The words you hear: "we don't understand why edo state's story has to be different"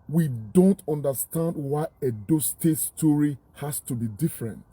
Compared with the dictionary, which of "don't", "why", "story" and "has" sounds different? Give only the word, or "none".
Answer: has